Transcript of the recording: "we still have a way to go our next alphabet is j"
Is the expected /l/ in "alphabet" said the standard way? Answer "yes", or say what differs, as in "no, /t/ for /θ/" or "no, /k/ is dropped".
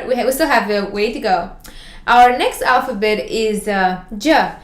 yes